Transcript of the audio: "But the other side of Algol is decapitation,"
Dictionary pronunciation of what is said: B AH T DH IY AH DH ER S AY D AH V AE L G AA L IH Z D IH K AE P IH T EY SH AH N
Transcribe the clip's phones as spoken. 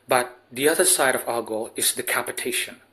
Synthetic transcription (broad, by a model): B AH T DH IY AH DH ER S AY D AH V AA G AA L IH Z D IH K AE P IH T EY SH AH N